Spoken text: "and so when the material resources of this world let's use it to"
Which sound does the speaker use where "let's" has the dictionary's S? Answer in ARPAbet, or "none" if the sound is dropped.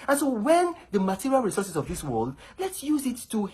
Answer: S